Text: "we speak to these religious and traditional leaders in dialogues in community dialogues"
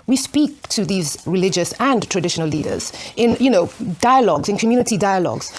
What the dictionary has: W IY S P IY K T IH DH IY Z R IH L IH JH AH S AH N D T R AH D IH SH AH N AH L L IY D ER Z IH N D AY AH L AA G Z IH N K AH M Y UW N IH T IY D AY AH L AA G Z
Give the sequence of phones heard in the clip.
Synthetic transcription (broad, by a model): W IY S P IY K T IH DH IY Z R IH L IH JH AH S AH N T R AH D IH SH AH N AH L L IY D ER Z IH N D AY AH L AA G Z IH N K AH M Y UW N IH T IY D AY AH L AA G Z